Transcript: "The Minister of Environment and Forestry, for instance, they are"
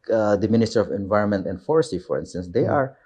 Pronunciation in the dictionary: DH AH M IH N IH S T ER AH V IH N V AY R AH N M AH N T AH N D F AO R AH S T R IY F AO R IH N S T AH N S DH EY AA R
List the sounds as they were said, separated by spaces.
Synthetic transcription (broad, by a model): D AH M IH N IH S T ER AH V IH N V AY R AH N M AH N T AH N D F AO R S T IY F AO R IH N S T AH N S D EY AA R